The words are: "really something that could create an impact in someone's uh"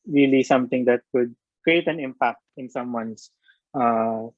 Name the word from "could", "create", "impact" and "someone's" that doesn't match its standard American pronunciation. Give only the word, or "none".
someone's